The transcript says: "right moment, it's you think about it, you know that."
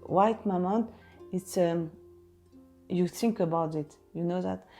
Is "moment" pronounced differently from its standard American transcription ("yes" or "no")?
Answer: yes